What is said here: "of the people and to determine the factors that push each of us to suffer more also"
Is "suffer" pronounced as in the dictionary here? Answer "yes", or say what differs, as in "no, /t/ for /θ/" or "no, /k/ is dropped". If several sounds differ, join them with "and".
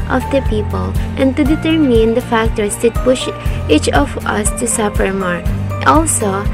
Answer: no, /p/ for /f/